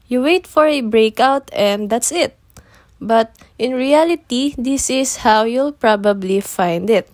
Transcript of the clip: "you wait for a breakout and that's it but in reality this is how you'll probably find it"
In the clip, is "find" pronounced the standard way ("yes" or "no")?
yes